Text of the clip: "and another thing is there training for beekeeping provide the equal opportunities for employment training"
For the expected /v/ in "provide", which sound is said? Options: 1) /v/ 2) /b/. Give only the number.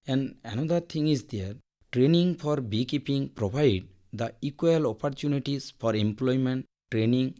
2